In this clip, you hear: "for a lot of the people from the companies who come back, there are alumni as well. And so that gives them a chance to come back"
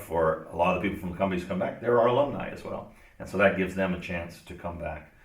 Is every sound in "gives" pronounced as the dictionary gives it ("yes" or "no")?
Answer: yes